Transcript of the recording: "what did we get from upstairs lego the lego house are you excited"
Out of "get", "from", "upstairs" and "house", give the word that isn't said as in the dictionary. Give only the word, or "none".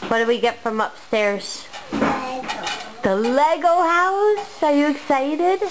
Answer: none